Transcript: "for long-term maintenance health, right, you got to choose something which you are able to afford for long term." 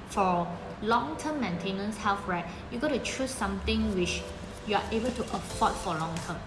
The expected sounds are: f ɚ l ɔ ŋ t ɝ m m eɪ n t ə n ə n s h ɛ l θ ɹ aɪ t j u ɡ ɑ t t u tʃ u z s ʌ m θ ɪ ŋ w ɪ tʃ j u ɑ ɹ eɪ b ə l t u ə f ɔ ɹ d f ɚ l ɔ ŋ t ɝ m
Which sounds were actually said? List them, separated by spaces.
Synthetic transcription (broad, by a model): f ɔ l ɔ ŋ t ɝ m m eɪ n t ə n ə n s h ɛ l f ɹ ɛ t j u ɡ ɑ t t u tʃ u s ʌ m t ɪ ŋ w ɪ tʃ j u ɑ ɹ eɪ b ə l t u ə p ɔ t f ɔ l ɔ ŋ t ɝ m